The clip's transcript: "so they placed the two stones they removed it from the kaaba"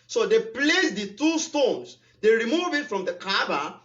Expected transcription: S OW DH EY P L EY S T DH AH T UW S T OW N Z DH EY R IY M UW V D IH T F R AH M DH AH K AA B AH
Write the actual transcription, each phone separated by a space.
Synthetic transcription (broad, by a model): S OW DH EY P L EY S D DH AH T UW S T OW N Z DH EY R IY M UW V IH T F R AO M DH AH K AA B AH